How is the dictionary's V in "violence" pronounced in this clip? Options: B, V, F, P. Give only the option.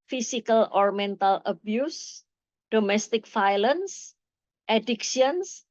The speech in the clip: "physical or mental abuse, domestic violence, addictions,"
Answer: F